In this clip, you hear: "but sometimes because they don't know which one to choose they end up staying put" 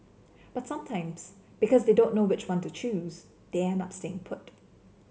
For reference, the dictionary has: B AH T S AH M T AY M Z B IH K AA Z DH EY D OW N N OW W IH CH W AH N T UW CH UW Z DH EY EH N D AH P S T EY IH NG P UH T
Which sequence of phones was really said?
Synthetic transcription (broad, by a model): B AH T S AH M T AY M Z B IH K AA Z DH EY D OW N N OW W IH CH W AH N T UW CH UW Z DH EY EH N AH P S T EY IH NG P UH T